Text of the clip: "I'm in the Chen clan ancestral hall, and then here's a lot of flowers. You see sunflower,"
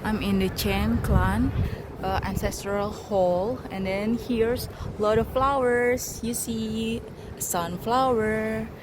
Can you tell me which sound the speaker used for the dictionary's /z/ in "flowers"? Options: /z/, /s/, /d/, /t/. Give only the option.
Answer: /s/